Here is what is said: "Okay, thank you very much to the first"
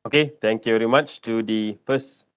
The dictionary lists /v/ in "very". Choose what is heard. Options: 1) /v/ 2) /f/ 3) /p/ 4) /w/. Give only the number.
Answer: 1